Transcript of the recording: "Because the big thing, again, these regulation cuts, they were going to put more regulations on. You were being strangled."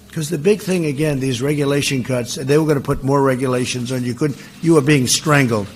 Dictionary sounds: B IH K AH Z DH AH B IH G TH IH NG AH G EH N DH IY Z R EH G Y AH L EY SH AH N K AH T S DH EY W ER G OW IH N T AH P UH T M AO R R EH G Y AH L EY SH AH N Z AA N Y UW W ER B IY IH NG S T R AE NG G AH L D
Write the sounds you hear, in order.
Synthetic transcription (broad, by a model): K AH Z DH AH B IH G TH IH NG AH G EH N DH IY Z R EH G Y AH L EY SH AH N K AH T S DH EY W ER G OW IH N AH P UH T M AO R R EH G Y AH L EY SH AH N Z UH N Y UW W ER B IY IH NG S T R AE NG G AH L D